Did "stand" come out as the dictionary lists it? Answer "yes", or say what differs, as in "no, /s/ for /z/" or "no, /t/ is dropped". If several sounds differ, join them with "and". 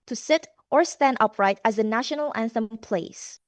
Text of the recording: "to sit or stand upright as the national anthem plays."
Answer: yes